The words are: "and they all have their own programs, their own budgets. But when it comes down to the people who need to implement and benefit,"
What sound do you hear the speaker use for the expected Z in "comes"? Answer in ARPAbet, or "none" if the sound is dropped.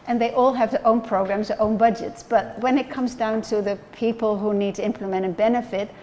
Z